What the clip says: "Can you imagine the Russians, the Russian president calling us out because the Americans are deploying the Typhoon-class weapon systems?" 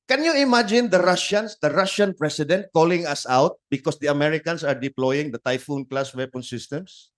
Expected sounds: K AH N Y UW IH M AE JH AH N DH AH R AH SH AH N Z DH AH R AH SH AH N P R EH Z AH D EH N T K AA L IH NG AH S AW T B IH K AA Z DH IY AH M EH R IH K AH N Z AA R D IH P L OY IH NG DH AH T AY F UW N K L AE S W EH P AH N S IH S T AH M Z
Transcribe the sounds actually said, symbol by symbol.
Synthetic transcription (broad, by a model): K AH N Y UW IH M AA JH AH N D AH R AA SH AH N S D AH R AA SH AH N P R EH S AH D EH N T K AA L IH NG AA S AW T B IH K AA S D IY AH M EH R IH K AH N S AA R D IH P L OY IH NG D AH T AY F UW N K L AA S W EH P AH N S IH S T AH M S